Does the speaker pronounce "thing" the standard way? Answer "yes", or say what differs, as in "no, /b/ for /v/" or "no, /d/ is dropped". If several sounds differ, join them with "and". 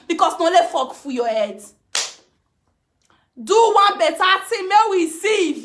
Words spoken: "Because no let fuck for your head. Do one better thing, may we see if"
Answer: no, /t/ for /θ/